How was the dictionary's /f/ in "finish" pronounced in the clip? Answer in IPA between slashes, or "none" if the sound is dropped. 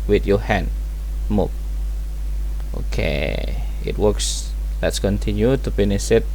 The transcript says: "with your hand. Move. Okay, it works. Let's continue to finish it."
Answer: /p/